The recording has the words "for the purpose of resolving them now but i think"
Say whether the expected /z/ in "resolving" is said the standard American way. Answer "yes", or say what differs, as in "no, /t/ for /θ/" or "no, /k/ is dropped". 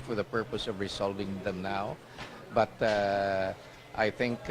no, /s/ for /z/